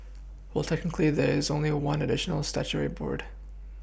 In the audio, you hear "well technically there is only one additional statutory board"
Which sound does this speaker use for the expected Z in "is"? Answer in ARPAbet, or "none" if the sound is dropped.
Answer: Z